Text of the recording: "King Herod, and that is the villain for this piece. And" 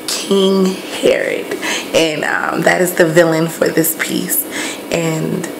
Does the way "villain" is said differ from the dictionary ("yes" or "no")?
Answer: no